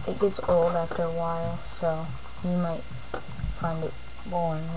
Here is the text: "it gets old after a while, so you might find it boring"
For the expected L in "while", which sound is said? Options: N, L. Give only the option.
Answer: L